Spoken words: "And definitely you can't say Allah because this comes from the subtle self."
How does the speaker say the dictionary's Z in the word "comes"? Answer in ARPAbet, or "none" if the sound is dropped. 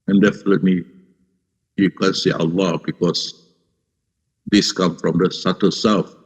none